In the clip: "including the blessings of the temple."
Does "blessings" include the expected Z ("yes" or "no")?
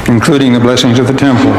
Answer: yes